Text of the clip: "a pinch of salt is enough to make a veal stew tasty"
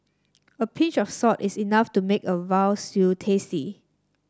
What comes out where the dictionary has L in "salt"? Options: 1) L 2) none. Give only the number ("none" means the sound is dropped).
2